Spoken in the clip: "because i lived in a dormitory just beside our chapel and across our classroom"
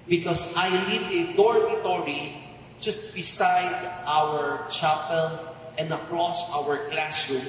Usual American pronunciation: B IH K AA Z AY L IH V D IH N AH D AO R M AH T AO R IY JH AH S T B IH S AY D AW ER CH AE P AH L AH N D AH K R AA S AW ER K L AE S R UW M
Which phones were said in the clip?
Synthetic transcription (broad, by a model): B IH K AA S AY L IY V IH D AO R M AH T AO R IY JH AH S T B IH S AY D AW ER CH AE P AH L AH N D AH K R AA S AW ER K L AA S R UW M